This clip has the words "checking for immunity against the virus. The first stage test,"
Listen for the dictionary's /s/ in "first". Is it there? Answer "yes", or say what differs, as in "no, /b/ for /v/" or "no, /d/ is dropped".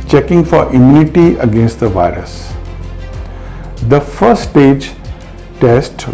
no, /s/ is dropped